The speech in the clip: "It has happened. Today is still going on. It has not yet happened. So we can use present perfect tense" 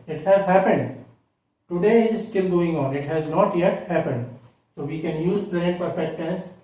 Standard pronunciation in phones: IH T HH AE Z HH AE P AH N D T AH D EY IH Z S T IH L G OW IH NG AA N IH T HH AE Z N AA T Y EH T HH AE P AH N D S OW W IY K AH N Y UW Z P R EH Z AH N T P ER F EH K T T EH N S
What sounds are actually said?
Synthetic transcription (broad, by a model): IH T HH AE Z HH AE P AH N D T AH D EY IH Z S T IH L G OW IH NG AA N IH T HH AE Z N AA T Y EH T HH AE P AH N D S OW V IY K AH N Y UW Z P L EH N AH T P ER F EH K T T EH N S